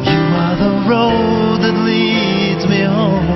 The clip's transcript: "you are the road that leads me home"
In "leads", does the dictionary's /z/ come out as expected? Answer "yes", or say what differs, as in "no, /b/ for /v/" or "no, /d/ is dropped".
yes